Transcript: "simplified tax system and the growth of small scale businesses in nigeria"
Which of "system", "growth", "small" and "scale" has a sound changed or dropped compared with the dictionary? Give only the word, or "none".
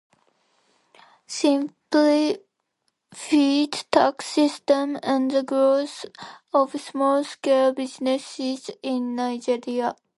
growth